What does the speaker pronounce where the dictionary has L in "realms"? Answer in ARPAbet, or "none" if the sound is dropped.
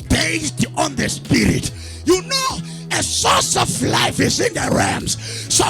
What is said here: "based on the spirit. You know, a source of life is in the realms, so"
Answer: none